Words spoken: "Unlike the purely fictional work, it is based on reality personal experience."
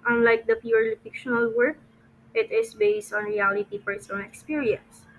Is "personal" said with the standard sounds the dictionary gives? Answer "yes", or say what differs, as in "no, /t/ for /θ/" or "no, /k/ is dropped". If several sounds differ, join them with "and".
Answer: no, /f/ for /p/ and /n/ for /l/